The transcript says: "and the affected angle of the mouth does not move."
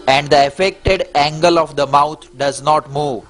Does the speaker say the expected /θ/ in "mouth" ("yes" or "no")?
no